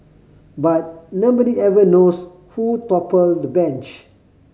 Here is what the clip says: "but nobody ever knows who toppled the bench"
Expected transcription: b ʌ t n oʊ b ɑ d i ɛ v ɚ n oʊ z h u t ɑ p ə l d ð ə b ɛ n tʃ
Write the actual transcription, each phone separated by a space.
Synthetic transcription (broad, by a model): b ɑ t n oʊ b ɑ d i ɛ v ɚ n oʊ s h u t ɑ p ə l d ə b ɛ n tʃ